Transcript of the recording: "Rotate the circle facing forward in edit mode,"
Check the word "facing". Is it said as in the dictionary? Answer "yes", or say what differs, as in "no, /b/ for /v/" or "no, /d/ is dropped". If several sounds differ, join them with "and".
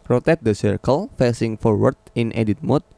yes